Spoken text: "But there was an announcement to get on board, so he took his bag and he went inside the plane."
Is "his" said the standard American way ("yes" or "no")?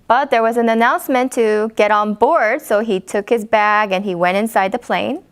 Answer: yes